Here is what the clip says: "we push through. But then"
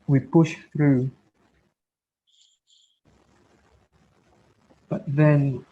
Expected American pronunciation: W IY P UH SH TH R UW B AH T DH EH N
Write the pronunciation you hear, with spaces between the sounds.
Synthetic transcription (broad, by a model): W IY P UH SH TH R UW B AH T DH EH N